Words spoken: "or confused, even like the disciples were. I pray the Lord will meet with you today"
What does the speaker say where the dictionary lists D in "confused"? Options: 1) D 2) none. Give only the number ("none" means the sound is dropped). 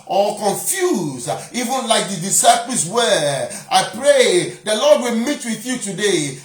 2